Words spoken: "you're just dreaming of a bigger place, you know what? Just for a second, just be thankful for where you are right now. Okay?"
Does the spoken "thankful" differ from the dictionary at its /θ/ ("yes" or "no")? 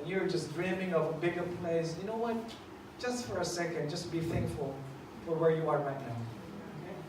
no